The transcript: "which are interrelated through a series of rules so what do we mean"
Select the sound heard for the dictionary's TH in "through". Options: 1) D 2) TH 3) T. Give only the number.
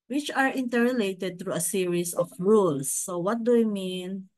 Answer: 3